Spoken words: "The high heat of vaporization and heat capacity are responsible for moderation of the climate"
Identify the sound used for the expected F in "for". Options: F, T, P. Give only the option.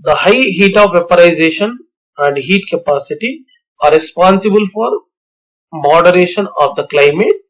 F